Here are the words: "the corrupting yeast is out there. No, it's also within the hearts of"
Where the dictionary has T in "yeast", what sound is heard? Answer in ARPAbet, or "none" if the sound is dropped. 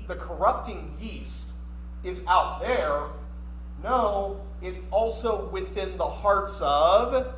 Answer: T